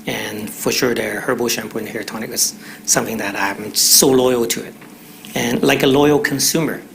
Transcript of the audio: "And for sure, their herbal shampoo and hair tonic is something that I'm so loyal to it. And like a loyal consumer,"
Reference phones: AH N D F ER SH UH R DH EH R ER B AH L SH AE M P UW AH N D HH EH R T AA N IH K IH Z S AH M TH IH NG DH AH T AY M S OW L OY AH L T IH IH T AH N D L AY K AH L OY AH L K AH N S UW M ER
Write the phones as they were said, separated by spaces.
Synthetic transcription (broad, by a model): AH N F ER SH UH R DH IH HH ER B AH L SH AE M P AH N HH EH R T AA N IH K IH Z S AH M TH IH NG DH AH T AY M S OW L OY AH L T IH IH T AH N L AY K AH L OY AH L K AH N S UW M ER